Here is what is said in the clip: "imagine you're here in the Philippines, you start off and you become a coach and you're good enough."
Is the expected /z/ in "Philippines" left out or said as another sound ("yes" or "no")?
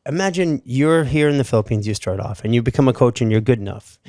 no